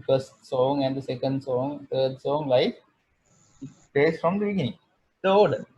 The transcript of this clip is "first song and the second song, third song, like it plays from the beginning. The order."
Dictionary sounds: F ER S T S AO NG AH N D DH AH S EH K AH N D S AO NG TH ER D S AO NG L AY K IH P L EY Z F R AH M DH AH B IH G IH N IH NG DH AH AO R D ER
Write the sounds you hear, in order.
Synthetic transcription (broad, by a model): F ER S T S AO NG AH N D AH S EH K AH N D S AO NG T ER D S AO NG L AY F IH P EY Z F R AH M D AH B IH G IH N IH NG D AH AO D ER